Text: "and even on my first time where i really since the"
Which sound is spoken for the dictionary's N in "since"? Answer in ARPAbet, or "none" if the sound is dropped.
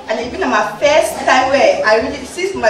none